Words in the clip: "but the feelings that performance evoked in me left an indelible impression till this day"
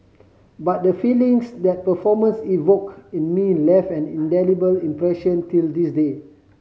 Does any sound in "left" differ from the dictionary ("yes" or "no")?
yes